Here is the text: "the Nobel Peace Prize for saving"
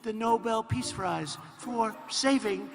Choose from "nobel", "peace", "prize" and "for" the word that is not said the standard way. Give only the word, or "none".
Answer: prize